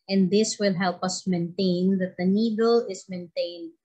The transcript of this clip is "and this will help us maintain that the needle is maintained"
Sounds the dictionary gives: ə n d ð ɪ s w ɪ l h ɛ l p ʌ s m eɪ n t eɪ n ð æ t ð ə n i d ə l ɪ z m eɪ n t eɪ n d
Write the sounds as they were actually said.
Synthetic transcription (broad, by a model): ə n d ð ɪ s w ɪ l h ɛ l p ʌ s m eɪ n t eɪ n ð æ t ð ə n i d ə l ɪ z m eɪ n t eɪ n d